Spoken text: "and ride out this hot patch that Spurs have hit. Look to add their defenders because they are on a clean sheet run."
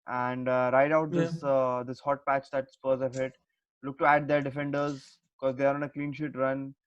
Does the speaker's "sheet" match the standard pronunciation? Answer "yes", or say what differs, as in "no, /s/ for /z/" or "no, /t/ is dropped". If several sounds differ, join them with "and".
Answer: yes